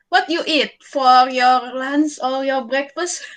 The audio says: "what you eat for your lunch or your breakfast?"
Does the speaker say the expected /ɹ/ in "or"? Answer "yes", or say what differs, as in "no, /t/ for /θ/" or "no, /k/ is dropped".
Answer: no, /l/ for /ɹ/